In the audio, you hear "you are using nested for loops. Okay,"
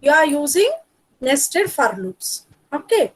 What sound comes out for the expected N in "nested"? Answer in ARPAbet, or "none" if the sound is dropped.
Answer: N